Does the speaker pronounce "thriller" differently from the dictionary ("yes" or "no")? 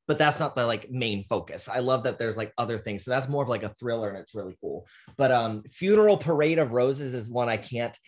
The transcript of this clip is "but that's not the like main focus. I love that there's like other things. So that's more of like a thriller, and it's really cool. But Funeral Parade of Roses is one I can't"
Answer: no